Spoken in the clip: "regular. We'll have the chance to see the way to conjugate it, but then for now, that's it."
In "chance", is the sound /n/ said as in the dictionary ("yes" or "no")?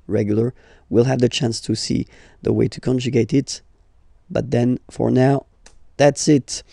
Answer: yes